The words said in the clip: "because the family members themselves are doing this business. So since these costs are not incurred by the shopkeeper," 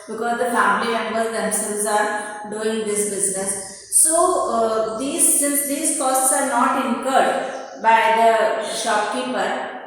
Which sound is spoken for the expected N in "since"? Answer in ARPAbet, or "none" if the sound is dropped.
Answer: none